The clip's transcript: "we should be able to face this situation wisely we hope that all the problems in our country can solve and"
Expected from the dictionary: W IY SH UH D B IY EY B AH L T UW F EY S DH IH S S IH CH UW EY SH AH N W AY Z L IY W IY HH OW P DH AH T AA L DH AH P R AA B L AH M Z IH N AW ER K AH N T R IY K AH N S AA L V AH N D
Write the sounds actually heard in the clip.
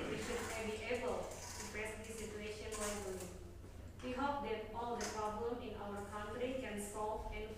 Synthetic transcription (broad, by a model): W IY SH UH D B IY EY B AH L T UW P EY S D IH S S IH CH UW EY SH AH N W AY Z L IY W IY HH OW P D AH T AA L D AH P R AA B L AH M IH N AW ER K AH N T R IY K AH N S AA L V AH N